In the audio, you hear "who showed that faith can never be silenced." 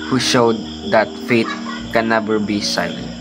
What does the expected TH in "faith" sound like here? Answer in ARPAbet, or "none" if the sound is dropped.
T